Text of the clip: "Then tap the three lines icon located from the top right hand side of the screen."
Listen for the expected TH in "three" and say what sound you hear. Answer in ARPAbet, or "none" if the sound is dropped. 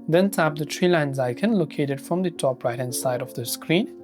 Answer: T